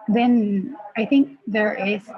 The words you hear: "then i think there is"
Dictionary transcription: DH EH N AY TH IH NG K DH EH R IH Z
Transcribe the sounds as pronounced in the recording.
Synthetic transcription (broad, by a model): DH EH N AY TH IH NG K DH EH R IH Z